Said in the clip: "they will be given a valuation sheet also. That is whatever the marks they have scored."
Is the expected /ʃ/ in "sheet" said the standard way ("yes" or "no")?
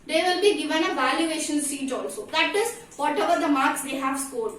no